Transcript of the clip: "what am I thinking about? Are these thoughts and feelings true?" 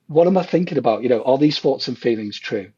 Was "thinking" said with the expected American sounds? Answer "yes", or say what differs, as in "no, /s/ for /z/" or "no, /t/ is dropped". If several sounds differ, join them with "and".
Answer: yes